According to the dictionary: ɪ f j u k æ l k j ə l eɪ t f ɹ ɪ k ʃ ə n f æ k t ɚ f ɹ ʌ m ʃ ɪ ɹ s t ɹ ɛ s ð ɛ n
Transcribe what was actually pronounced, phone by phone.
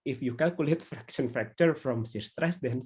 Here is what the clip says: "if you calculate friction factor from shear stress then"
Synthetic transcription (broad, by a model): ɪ f j u k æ l k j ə l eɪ t f ɹ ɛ k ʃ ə n f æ k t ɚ f ɹ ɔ m s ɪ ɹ s t ɹ ɛ s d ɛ n